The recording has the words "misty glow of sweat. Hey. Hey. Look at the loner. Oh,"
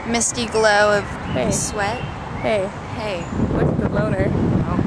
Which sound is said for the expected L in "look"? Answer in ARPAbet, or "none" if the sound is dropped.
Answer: W